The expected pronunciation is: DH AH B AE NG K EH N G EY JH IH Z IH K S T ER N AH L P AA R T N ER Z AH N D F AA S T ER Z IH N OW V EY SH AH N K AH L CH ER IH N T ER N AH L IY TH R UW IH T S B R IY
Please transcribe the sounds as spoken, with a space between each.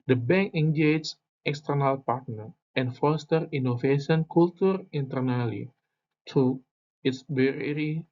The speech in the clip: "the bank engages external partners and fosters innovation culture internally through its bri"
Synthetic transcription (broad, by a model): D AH B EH NG K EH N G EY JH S IH K S T ER N AH L P AA R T N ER AH N F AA S T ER IY N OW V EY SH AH N K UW L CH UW IH N T ER N AH L IY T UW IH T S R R IY